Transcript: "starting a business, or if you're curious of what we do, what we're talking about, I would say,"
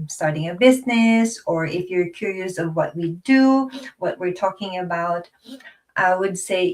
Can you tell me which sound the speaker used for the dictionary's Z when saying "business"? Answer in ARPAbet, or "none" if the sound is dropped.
Z